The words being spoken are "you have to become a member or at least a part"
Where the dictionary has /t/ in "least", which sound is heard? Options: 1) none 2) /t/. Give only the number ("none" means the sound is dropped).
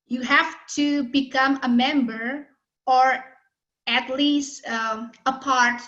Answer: 2